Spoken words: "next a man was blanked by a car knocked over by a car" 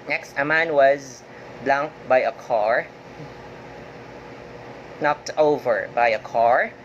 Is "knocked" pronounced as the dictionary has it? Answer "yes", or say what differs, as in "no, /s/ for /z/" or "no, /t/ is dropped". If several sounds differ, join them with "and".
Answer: yes